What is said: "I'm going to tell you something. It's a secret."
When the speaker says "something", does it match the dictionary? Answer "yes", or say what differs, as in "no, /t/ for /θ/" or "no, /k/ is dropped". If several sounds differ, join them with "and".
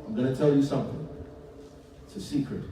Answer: yes